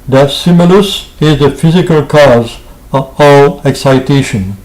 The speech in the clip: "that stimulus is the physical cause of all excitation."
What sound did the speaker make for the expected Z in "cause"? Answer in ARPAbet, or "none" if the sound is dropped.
Z